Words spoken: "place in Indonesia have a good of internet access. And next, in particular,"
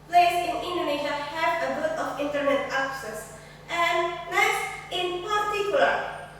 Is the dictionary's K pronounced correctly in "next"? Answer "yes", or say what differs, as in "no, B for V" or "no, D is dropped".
no, K is dropped